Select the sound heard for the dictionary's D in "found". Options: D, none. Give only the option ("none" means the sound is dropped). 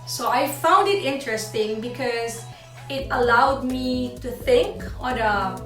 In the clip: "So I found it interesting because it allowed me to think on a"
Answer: D